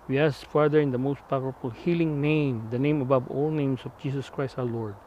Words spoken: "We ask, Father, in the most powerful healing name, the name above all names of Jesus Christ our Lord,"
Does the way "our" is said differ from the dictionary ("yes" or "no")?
yes